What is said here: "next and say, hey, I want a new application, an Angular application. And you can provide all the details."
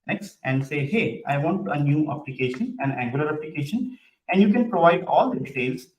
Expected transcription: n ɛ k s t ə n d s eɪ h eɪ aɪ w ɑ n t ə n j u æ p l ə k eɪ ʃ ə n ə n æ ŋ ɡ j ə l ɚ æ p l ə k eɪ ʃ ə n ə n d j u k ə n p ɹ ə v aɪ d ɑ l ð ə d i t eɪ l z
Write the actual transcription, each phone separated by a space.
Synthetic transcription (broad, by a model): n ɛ k s t ə n d s eɪ h eɪ aɪ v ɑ n t ə n j u æ p l ə k eɪ ʃ ə n ə n æ ŋ ɡ j ə l ɚ æ p l ə k eɪ ʃ ə n ə n d j u k ə n p ɹ ə v aɪ d ɑ l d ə d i t eɪ l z